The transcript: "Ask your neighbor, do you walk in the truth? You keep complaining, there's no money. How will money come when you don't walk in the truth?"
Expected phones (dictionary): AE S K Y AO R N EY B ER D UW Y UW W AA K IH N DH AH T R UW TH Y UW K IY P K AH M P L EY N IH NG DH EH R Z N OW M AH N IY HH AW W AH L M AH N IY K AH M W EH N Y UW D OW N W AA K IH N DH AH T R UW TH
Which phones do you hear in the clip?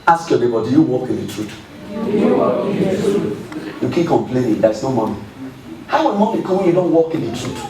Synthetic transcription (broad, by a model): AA S K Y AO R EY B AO D UW Y UW W AA K IH N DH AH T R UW T Y UW K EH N K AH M P L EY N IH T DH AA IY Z N OW M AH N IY HH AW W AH N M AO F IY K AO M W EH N Y UW D OW N W AA K IH N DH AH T R UW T